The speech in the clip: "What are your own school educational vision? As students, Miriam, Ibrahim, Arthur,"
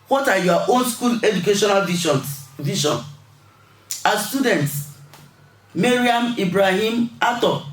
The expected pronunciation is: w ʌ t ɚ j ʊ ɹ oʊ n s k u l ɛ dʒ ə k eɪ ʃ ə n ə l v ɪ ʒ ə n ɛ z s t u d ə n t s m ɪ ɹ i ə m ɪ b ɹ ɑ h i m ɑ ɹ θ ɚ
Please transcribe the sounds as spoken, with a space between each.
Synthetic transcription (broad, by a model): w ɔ t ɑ j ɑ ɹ oʊ n s k u l ɛ dʒ ə k eɪ ʃ ə n ə l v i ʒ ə n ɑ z s t u d ə n t s m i ɹ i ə m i b ɹ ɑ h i m ɑ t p